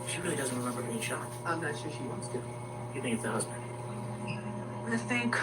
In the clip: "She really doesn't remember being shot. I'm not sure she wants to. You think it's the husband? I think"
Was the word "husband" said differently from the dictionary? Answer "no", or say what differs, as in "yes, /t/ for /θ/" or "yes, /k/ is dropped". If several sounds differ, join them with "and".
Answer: no